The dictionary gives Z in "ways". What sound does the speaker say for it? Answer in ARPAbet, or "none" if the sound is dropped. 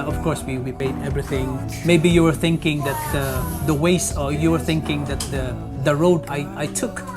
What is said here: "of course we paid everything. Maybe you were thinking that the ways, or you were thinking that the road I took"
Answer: S